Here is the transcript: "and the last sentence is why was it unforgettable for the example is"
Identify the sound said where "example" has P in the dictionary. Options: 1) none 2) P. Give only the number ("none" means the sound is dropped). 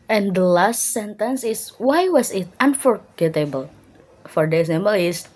1